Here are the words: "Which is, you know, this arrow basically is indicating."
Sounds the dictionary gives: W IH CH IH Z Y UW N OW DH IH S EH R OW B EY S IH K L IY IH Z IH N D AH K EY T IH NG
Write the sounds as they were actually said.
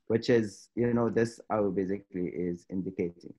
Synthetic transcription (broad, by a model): W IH CH IH Z Y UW N OW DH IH S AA UH B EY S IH K L IY IH Z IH N D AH K EY T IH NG